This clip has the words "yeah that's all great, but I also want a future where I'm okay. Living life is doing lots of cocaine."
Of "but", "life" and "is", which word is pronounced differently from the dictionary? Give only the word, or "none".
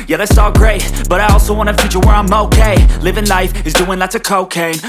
none